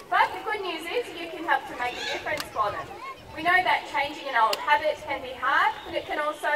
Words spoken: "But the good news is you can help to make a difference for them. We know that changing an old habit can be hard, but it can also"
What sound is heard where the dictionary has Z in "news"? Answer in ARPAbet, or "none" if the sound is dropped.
Z